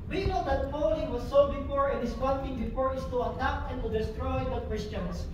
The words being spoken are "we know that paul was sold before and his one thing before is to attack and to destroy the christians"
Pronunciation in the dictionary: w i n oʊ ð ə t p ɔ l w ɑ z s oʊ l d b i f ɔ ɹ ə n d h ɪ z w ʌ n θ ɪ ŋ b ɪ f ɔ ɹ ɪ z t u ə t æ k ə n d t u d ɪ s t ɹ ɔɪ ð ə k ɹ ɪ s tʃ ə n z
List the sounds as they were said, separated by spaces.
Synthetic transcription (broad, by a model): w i n oʊ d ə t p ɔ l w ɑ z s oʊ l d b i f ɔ ɹ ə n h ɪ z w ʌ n t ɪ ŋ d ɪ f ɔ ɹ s t u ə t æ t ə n t u d ɪ s t ɹ ɔɪ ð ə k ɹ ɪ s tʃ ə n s